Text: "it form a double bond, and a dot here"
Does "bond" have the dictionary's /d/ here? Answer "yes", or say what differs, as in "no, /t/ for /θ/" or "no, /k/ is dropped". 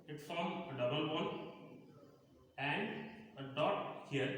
no, /d/ is dropped